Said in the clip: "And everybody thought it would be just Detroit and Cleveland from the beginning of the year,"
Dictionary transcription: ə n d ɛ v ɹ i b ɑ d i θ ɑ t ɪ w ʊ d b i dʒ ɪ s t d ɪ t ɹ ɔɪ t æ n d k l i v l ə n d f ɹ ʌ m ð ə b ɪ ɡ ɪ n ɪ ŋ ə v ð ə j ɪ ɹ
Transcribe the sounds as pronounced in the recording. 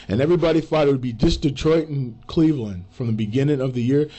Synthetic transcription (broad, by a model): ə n ɛ v ɹ i b ɑ d i f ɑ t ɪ w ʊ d b i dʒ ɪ s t d ɪ t ɹ ɔɪ t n k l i v l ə n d f ɹ ʌ m ð ə b ɪ ɡ ɪ n ɪ ŋ ə v ð ə j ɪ ɹ